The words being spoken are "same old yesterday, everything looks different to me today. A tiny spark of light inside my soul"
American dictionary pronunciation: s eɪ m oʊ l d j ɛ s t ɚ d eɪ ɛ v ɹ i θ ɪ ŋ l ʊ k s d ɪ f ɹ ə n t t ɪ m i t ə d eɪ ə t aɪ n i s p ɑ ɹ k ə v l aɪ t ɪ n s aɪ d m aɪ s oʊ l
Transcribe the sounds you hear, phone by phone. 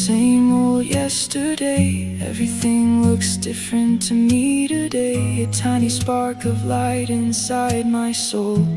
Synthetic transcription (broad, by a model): s eɪ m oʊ l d j ɛ s t ɚ d eɪ ɛ v ɹ i θ ɪ ŋ l ʊ k s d ɪ f ɹ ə n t t ɪ m i t ə d eɪ ə t aɪ n i s p ɑ ɹ k ə v l aɪ t ɪ n s aɪ d m aɪ s oʊ l